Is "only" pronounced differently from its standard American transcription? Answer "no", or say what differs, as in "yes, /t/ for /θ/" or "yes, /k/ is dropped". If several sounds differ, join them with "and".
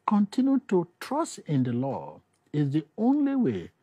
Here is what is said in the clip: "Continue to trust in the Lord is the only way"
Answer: no